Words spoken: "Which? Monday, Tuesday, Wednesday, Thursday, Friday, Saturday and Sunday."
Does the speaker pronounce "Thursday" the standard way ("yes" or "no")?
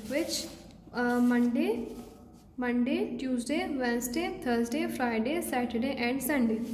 no